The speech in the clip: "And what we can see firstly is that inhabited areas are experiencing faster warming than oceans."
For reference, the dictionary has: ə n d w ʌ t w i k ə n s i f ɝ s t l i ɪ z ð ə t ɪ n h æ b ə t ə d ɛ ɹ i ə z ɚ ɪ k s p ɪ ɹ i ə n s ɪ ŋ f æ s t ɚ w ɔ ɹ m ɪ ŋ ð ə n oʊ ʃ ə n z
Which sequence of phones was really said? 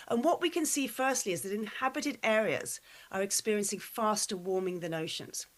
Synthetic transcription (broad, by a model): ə n w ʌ t w i k ə n s i f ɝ s t l i ɪ z ð ə t ɪ n h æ b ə t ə d ɛ ɹ i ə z ɚ ɪ k s p ɪ ɹ i ə n s ɪ ŋ f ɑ s t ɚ w ɔ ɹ m ɪ ŋ ð ə n oʊ ʃ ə n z